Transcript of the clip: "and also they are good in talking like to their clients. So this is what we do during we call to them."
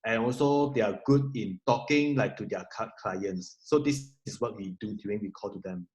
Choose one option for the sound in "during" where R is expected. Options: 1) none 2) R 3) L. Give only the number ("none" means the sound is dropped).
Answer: 1